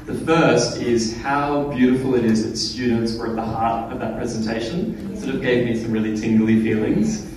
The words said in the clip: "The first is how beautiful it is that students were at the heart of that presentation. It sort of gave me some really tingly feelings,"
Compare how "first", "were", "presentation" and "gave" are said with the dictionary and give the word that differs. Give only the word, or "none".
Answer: none